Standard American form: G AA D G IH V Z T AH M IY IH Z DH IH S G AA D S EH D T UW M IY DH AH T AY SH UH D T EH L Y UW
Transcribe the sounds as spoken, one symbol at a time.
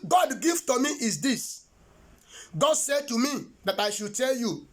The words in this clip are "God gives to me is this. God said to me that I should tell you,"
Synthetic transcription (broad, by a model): G AA D G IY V T AH M IY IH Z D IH S G AA D S EH D T UW M IY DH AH T AY SH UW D T EH L Y UW